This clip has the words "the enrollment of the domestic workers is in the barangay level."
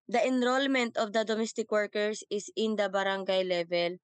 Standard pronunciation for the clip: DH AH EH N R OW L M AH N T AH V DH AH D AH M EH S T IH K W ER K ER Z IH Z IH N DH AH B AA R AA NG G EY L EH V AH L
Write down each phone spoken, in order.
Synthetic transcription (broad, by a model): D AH EH N R OW L M AH N T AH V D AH D AH M EH S T IH K W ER K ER S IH S IH N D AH B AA R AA NG G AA L EH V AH L